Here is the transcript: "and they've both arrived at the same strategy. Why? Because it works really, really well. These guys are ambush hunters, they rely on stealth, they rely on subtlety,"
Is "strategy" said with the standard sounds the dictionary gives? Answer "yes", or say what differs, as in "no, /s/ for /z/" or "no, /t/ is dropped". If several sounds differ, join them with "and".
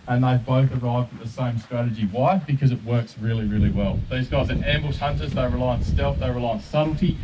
yes